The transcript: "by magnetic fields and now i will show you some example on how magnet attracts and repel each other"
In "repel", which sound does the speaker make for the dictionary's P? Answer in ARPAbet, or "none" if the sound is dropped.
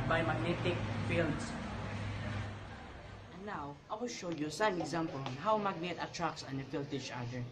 F